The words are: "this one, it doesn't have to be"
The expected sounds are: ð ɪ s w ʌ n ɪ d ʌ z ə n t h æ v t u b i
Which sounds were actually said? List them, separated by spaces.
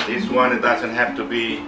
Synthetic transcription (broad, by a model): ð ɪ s w ʌ n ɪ d ʌ z ə n t h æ f t u b i